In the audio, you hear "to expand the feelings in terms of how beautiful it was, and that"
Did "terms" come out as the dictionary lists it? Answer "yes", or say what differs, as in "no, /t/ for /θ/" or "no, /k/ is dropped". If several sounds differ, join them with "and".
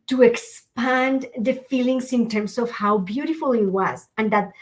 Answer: no, /s/ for /z/